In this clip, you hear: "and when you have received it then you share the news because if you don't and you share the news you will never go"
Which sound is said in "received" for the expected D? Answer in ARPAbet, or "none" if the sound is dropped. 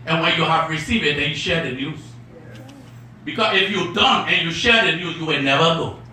none